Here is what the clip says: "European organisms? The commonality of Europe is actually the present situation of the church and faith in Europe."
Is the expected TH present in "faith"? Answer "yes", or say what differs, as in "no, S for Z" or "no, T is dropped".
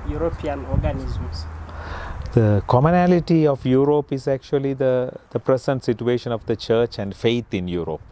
no, T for TH